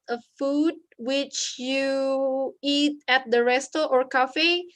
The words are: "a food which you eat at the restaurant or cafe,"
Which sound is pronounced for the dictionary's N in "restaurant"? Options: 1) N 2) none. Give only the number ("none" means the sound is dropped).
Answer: 2